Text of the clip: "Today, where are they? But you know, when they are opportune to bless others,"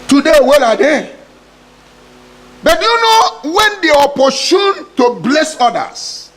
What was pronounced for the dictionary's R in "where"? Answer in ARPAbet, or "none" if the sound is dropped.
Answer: L